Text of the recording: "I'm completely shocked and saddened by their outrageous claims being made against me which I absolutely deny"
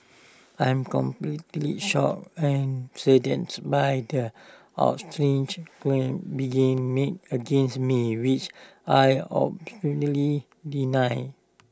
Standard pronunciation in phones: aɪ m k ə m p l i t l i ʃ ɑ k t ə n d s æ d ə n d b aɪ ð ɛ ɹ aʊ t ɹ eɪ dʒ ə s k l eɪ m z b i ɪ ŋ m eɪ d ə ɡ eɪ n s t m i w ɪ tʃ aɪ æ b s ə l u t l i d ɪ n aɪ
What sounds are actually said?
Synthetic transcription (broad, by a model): aɪ m k ə m p l i t l i ʃ ɑ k ə n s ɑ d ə n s b aɪ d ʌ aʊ t ɹ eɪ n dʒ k l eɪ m b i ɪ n m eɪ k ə ɡ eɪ n s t m i w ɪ tʃ aɪ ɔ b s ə n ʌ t l i d ɪ n aɪ